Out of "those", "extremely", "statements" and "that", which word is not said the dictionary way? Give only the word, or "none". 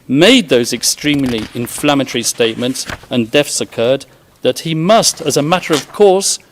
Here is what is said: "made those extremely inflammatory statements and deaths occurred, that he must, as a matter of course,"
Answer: none